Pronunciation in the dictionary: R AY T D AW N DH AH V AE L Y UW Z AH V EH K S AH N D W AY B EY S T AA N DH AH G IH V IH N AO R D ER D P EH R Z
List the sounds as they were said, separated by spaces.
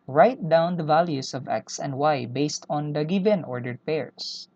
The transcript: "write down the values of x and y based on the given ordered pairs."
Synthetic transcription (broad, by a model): R AY T D AW N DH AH V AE L Y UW S AH V EH K S AH N D W AY B EY S T AA N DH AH G IH V IH N AO R D ER D P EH R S